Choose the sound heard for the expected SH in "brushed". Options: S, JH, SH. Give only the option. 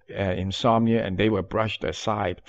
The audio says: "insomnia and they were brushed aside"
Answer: SH